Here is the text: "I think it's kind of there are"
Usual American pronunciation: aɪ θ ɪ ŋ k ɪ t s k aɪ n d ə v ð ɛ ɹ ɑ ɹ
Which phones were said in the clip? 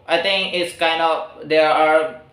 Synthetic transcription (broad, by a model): aɪ t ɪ ŋ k ɪ t s k aɪ n d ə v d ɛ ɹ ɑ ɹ